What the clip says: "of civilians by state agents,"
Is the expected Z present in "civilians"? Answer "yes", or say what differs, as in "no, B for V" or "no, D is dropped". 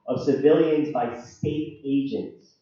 yes